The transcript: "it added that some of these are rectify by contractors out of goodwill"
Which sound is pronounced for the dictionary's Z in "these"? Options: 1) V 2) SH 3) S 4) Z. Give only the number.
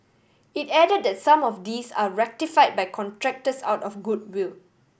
3